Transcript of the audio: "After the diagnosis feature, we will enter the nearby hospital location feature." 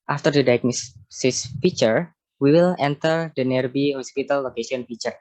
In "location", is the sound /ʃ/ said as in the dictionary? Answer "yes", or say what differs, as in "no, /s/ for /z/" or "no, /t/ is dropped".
no, /s/ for /ʃ/